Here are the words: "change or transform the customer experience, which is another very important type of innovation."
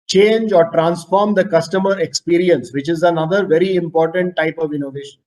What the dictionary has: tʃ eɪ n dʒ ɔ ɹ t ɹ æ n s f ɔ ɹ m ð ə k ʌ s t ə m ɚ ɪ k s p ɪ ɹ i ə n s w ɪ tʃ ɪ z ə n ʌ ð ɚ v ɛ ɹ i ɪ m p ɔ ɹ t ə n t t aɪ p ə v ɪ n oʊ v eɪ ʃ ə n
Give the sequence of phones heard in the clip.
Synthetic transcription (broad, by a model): tʃ eɪ n dʒ ɔ ɹ t ɹ æ n s f ɔ ɹ m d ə k ʌ s t ə m ɚ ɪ k s p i ɹ i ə n s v ɪ tʃ ɪ z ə n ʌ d ɚ v ɛ ɹ i ɪ m p ɔ ɹ t ə n t t aɪ p ə v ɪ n oʊ v eɪ ʃ ə n